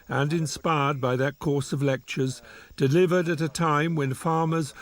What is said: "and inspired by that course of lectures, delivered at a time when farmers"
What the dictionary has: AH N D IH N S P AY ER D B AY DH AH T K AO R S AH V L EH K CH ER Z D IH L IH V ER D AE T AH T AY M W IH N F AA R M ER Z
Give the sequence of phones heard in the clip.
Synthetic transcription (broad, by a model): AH N IH N S P AY ER D B AY DH AH T K AO R S AH V L EH K CH ER Z D IH L IH V ER D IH T AH T AY M W IH N F AA R M ER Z